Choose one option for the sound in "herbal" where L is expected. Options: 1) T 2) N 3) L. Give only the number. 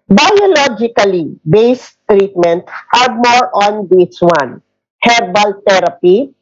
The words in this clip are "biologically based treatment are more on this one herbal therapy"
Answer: 3